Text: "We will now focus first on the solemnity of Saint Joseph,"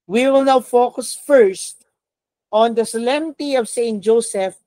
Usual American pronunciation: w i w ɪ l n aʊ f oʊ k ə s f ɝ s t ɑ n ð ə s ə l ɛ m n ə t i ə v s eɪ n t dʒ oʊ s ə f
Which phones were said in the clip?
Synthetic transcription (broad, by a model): w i w ɪ l n aʊ f oʊ k ə s f ɝ s t ɑ n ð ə s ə l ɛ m ə t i ə v s eɪ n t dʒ oʊ s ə f